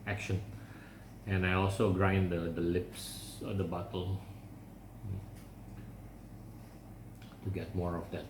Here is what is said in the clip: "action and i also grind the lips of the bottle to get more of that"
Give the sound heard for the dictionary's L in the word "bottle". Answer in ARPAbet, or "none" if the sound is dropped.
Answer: L